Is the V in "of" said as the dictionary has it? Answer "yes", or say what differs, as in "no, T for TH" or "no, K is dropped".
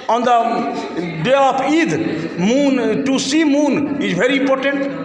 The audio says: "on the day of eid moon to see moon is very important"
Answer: no, P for V